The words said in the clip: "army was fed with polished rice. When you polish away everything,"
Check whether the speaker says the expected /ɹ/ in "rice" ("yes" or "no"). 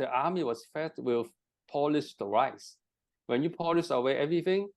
yes